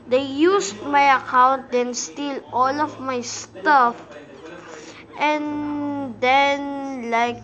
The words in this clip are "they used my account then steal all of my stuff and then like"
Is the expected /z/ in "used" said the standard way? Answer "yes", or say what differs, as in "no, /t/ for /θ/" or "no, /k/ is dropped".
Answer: no, /s/ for /z/